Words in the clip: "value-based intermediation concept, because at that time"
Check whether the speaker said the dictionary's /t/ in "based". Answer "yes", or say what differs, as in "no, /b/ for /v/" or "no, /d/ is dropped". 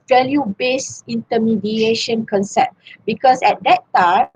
no, /t/ is dropped